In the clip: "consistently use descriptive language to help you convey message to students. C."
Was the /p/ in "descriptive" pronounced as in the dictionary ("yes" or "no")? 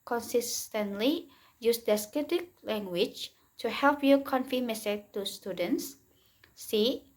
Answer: no